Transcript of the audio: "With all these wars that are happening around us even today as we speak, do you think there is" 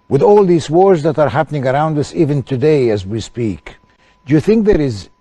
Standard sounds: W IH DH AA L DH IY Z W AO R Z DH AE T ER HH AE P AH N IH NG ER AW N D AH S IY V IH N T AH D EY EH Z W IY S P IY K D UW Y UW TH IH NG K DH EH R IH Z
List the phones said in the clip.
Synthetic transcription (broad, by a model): W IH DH AA L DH IY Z W AO R Z DH AE T ER HH AE P AH N IH NG ER AW N D AH S IY V IH N T AH D EY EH Z W IY S P IY K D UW Y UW TH IH NG K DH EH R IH Z